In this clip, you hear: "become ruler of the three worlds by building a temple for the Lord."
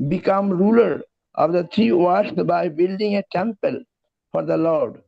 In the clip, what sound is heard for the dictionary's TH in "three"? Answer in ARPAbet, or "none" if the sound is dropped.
T